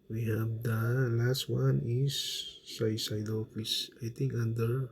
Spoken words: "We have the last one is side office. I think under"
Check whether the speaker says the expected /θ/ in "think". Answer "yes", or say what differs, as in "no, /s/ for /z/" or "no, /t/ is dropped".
no, /t/ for /θ/